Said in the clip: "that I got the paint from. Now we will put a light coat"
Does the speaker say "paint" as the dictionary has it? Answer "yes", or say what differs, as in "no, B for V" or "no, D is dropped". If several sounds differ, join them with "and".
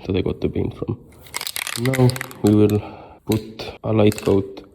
no, B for P